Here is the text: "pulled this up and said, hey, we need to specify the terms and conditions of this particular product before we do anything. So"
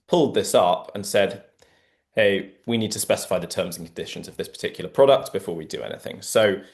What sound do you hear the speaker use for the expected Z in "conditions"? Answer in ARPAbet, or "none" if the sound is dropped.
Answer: Z